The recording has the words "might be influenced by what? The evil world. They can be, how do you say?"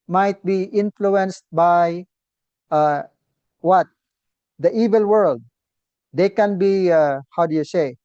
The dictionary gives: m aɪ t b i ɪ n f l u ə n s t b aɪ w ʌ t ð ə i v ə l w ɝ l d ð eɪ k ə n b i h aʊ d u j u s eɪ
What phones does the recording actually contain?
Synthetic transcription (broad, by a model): m aɪ t b i ɪ n f l u ə n s t b aɪ w ʌ t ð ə i v ə l w ɝ l d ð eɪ k ə n b i h aʊ d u j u s eɪ